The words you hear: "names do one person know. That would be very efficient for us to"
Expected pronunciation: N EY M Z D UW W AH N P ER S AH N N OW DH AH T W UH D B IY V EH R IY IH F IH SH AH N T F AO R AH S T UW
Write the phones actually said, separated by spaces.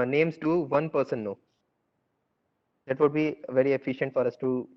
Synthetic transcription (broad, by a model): N EY M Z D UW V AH N P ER S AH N N OW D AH T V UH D B IY V EH R IY IH F IH SH AH N T F AO R AH S T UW